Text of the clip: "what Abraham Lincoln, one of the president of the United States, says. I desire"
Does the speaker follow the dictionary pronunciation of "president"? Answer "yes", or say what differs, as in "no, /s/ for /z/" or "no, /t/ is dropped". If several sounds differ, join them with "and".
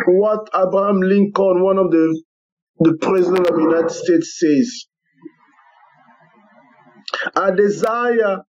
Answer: yes